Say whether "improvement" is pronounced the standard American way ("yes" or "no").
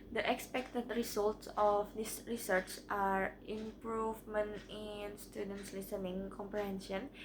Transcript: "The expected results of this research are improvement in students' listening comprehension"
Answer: yes